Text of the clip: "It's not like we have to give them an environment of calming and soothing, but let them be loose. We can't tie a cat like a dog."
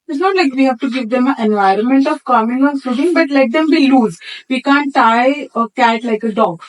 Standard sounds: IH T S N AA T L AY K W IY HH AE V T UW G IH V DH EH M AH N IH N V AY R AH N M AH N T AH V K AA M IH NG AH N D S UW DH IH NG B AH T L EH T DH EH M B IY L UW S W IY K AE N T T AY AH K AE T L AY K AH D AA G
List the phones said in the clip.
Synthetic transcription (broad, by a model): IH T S N AA T L AY K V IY HH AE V T UW G IH V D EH M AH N IH N V AY R AH N M AH N T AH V K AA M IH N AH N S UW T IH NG B AH T L EH T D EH M B IY L UW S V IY K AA N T T AY AH K AE T L AY K AH D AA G